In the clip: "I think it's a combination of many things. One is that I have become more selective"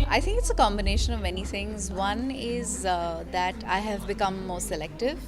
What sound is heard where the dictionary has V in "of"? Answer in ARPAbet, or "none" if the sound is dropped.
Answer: V